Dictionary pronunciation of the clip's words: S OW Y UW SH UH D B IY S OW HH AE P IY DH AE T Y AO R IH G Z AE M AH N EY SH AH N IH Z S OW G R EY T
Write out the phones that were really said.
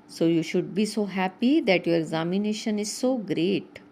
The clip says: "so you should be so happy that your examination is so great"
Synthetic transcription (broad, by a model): S OW Y UW SH UH D B IY S OW HH AE P IY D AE T Y AO R IH G Z AE M AH N EY SH AH N IH Z S OW G R EY T